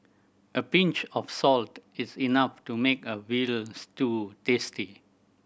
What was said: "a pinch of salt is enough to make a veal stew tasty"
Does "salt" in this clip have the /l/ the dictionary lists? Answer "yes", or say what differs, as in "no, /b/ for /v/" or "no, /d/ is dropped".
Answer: yes